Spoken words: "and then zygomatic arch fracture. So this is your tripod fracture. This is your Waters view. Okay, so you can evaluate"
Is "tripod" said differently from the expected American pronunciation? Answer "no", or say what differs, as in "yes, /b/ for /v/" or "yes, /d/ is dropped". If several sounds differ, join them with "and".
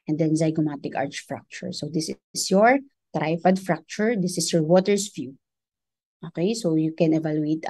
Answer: yes, /f/ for /p/